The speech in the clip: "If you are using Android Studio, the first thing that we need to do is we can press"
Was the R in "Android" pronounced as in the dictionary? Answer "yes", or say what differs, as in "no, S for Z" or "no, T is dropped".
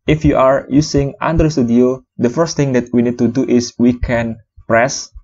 no, R is dropped